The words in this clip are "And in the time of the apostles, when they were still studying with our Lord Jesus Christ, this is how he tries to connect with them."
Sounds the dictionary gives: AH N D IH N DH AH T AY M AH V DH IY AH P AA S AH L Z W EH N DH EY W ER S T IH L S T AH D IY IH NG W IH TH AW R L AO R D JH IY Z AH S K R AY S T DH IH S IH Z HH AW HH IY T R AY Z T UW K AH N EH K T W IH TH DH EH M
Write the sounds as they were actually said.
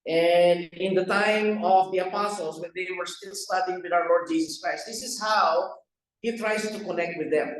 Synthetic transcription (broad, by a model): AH N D IH N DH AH T AY M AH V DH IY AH P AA S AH L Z W EH N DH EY W ER S T IH L S T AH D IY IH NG W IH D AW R L AO R D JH IY S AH S K R AY S T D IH S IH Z HH AW HH IY T R AY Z T UW K AH N EH K T W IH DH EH M